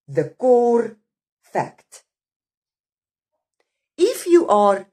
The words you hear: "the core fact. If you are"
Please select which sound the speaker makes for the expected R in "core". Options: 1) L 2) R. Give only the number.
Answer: 2